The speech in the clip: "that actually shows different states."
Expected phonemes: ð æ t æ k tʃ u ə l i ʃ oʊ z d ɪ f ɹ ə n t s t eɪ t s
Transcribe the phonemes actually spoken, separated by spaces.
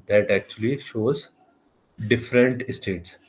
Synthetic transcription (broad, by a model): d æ t æ k tʃ u ə l i ʃ oʊ z d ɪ f ɹ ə n t s t eɪ t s